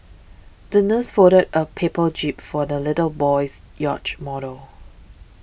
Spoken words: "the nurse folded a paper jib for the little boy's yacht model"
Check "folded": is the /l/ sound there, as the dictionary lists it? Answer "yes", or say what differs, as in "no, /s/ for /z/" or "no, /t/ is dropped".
no, /l/ is dropped